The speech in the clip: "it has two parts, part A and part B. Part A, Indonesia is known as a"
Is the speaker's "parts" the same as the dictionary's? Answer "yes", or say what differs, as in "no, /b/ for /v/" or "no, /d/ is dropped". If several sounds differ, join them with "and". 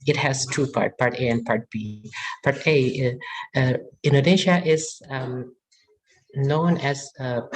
no, /s/ is dropped